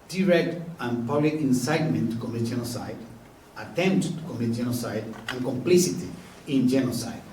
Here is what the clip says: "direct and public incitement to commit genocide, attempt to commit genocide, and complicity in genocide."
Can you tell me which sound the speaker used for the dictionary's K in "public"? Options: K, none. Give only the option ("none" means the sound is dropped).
none